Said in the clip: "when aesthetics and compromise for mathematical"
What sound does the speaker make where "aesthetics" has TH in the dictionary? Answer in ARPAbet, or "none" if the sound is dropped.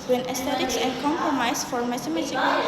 T